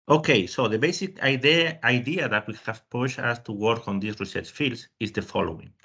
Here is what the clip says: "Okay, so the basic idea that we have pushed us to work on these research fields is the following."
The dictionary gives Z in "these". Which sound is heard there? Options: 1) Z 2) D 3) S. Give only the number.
3